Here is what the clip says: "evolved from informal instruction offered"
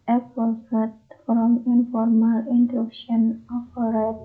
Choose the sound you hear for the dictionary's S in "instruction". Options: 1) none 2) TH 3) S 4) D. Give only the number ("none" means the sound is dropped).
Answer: 1